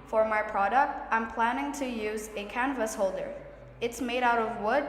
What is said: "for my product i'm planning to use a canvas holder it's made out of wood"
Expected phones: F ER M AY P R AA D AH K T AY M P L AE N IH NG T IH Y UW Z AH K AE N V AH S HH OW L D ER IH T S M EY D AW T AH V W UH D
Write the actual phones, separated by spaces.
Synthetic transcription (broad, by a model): F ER M AY P R AA D AH K T AY M P L AE N IH NG T IH Y UW Z AH K AE N V AH S HH OW L D ER IH T S M EY D AW T AH V W UH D